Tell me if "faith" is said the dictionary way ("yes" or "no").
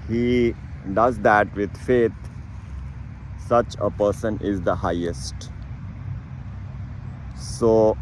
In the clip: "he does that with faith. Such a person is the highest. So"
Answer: no